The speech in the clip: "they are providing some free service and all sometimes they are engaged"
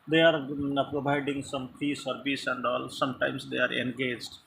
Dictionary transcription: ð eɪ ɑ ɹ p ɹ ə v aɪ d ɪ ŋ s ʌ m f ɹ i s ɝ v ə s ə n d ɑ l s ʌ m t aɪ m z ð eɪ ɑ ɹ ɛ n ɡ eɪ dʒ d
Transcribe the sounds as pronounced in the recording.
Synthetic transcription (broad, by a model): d eɪ ɑ ɹ p ɹ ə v aɪ d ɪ ŋ s ʌ m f i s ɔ b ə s ə n d ɑ l s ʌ m t aɪ m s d eɪ ɑ ɹ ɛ n ɡ eɪ dʒ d